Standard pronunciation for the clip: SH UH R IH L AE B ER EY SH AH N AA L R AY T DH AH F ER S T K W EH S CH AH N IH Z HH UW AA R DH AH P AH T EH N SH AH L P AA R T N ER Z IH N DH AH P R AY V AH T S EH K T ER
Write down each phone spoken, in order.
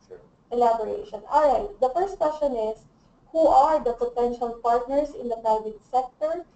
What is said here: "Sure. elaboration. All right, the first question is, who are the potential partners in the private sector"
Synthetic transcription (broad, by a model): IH L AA B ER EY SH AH N AA L R AY T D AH F ER S T K W EH S CH AH N IH S HH UW AA R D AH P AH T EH N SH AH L P AA R T N ER S IH N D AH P R AY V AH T S EH K T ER